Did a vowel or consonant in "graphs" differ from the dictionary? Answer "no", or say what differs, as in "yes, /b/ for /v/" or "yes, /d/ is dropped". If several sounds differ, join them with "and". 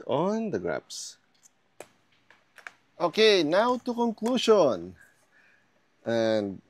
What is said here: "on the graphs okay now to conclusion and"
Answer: yes, /p/ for /f/